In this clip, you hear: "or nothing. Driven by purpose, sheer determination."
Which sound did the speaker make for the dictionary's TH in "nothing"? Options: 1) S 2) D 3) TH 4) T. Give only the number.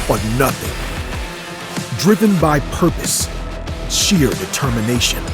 3